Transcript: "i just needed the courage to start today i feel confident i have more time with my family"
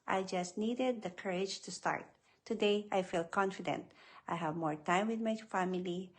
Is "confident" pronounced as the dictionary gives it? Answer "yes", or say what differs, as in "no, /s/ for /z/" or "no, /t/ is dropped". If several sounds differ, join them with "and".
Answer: yes